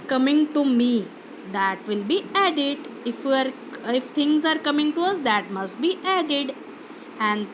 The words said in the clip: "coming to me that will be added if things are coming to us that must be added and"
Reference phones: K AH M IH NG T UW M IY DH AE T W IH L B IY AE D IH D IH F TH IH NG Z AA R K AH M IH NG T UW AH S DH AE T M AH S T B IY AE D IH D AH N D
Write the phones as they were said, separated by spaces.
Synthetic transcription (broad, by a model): K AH M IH NG T UW M IY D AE T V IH L B IY AE D IH D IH F F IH NG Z AA R K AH M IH NG T UW AH S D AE T M AH S T B IY AE D IH D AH N D